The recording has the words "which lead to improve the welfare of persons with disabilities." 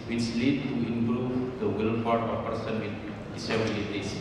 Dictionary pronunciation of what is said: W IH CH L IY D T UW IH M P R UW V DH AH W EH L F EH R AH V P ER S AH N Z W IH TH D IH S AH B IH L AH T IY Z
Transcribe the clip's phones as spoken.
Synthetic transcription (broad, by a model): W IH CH L IY D T UW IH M P R UW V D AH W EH L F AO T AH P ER S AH N W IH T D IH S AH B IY L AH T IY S